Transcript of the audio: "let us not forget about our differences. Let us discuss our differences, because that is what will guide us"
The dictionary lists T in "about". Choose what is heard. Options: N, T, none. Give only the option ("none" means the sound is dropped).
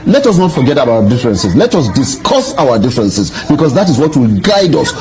none